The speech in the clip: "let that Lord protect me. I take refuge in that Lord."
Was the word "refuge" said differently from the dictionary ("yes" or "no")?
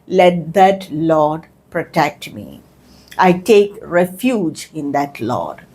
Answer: no